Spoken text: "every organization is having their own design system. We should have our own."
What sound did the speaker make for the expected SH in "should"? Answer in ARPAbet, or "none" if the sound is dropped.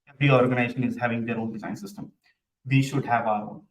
SH